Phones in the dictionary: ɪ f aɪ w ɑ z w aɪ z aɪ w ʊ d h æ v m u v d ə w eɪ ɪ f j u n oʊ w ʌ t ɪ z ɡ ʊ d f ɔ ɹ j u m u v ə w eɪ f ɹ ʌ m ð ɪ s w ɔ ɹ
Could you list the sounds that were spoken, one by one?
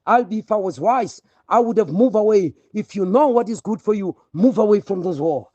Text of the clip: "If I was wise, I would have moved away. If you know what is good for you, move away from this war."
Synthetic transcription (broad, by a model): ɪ f aɪ w ɑ z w aɪ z aɪ w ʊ d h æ v m u v ə w eɪ ɪ f j u n oʊ w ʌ t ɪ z ɡ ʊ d f ɔ ɹ j u m u v ə w eɪ f ɹ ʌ m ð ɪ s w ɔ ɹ